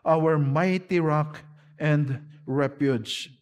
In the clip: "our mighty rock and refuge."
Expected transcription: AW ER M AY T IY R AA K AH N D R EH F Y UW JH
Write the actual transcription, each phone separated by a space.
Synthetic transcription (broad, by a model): AW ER M AY T IY R AA K AH N D R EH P Y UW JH